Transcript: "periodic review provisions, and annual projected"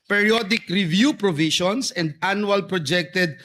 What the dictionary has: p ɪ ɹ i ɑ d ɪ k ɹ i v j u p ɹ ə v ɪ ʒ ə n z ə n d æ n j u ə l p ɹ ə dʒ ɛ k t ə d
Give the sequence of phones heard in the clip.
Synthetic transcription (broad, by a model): p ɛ ɹ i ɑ d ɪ k ɹ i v j u p ɹ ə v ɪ ʃ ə n s ə n d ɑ n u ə l p ɹ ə dʒ ɛ k t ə d